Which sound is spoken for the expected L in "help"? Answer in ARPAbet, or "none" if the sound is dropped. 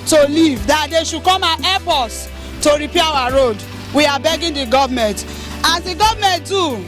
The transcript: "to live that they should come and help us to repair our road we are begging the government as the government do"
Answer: none